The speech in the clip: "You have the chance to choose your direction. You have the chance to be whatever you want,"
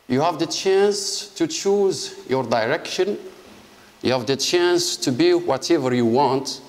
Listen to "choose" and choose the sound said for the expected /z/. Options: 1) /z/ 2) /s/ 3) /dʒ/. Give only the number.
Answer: 1